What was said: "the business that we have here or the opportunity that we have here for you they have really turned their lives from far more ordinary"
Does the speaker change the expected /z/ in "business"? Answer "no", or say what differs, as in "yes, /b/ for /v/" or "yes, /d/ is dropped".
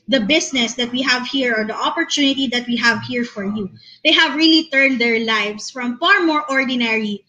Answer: yes, /s/ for /z/